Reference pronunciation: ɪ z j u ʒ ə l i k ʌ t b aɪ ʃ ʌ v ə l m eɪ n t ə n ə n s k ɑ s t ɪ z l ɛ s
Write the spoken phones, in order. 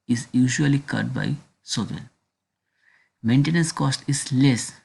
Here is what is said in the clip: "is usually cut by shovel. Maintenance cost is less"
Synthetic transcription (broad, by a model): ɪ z j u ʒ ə l i k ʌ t b aɪ s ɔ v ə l m eɪ n t ə n ə n s k ɑ s t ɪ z l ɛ s